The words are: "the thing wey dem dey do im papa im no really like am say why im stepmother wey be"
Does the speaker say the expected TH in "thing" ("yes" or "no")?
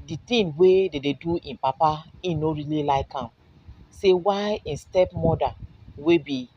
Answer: no